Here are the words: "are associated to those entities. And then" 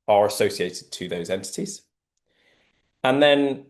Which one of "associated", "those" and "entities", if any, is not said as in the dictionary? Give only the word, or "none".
none